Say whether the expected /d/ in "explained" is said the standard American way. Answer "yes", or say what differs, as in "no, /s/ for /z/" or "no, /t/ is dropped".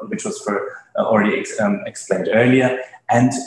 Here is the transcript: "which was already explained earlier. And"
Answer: yes